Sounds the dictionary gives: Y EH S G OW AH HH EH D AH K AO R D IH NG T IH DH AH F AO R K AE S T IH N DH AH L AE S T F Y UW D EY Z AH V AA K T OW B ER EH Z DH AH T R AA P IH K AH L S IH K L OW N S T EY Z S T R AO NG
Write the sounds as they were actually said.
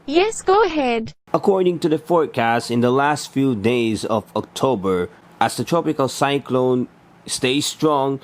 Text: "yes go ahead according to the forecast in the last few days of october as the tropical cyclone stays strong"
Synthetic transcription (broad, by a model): Y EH S G OW AH HH EH D AH K AO R D IH NG T IH DH AH F AO R K AE S T IH N DH AH L AE S T F Y UW D EY Z AH V AA K T OW B ER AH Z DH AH T R AA P IH K AH L S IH K L OW N S T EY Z S T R AO NG